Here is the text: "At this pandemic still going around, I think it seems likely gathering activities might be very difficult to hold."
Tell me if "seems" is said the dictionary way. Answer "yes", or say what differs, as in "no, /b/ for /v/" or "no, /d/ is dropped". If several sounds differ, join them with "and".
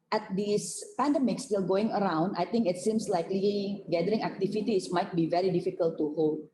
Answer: no, /s/ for /z/